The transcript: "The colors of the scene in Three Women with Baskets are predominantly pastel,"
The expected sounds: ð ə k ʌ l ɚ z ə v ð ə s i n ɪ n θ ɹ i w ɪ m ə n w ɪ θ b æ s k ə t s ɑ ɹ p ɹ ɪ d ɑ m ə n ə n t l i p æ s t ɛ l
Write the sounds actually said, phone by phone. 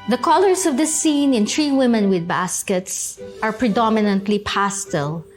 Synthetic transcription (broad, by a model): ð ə k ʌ l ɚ s ə v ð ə s i n ɪ n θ ɹ i w ɪ m ə n w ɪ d b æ s k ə t s ɑ ɹ p ɹ ɪ d ɑ m ə n ə n t l i p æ s t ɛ l